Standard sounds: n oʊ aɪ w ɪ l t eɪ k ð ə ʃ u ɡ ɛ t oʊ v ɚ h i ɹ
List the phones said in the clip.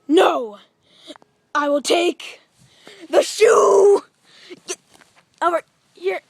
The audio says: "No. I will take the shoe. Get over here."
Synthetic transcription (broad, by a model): n oʊ aɪ w ɪ l t eɪ k ð ə ʃ u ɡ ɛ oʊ ɚ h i ɹ